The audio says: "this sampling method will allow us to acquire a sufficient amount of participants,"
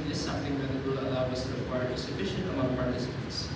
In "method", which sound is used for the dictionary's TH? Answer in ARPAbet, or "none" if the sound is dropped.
T